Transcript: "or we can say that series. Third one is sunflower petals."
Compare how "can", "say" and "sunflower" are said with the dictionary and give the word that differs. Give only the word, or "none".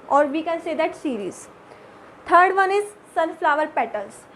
sunflower